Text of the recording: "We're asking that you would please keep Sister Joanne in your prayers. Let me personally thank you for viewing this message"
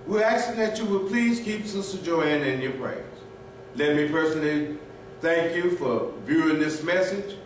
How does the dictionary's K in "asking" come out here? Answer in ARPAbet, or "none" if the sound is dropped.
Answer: none